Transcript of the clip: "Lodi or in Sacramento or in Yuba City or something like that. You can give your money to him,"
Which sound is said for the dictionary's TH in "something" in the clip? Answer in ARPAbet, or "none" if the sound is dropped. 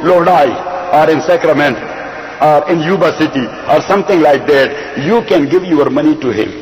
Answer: T